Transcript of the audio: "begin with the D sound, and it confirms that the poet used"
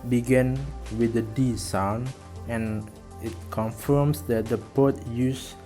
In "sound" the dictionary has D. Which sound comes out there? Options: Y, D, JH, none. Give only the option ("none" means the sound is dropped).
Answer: none